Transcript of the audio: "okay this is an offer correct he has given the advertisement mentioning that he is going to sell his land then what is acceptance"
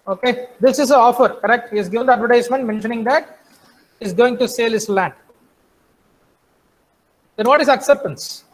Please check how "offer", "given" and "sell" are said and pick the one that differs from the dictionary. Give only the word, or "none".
none